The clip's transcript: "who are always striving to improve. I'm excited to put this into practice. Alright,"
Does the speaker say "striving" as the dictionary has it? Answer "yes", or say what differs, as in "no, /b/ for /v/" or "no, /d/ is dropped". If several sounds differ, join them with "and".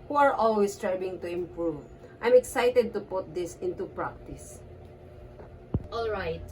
no, /b/ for /v/